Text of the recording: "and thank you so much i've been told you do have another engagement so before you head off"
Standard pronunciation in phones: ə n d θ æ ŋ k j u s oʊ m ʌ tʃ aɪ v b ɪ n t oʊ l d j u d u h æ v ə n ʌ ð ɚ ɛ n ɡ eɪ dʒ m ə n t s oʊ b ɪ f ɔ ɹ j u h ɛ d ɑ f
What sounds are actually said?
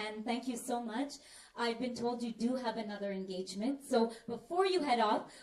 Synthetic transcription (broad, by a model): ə n θ æ ŋ k j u s oʊ m ʌ tʃ aɪ v b ɪ n t oʊ l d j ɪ d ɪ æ v ə n ʌ ð ɚ ɛ n ɡ eɪ dʒ m ə n t s oʊ b ɪ f ɔ ɹ j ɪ h ɛ d ɑ f